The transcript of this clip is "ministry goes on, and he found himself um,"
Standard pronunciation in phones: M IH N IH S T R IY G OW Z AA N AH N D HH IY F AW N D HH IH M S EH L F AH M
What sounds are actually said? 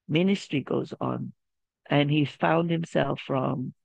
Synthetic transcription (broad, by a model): M IH N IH S T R IY G OW Z N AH N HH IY F AW N D HH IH M S EH L F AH M